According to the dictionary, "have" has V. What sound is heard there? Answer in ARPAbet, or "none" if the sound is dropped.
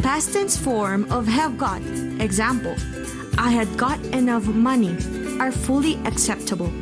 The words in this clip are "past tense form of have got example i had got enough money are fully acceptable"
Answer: V